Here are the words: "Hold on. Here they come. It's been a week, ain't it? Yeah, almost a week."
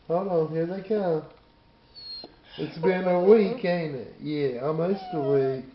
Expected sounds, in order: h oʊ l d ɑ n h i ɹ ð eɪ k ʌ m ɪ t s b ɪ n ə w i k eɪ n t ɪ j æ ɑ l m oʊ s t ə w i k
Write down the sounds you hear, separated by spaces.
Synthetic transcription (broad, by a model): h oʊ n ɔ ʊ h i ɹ ð eɪ k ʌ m ɪ t s b ɪ n ə w i k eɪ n ɪ j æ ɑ m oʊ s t ə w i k